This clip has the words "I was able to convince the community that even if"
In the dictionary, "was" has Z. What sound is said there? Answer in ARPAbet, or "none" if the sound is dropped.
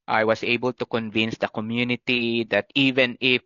S